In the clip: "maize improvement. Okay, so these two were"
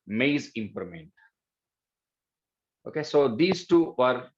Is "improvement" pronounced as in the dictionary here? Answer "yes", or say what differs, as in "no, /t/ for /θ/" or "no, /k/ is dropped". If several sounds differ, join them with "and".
no, /v/ is dropped